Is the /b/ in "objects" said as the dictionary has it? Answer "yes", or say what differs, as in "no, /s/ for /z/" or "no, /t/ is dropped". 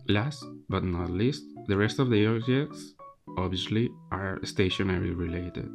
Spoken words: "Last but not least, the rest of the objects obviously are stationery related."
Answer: no, /b/ is dropped